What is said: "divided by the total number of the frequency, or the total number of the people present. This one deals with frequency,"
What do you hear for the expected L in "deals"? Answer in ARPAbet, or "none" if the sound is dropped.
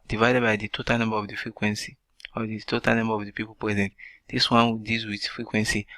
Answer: none